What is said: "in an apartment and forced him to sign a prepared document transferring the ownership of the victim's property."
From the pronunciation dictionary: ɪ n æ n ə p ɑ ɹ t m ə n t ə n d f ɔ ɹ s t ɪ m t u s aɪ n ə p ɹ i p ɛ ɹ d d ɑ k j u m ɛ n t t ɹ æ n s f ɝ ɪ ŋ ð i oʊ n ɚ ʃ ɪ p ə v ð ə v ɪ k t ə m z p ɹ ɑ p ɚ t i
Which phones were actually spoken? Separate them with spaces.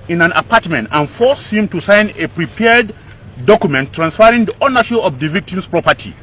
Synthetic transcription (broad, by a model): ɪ n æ n ə p ɑ ɹ t m ə n t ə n f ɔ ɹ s ɪ m t u s aɪ n ə p ɹ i p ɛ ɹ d d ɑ k j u m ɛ n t t ɹ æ n s f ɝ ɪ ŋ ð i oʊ n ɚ ʃ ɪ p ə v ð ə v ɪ k t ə m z p ɹ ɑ p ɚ t i